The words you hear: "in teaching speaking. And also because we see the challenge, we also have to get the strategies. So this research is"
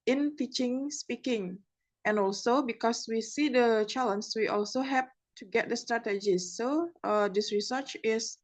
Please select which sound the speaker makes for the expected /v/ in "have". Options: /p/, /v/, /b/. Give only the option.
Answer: /p/